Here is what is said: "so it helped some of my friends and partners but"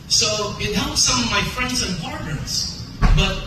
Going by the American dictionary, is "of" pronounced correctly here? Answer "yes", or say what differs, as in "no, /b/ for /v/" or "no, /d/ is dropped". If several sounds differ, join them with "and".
yes